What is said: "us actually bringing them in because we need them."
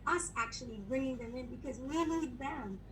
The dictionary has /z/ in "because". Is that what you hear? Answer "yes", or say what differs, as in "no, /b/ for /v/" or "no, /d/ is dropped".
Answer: yes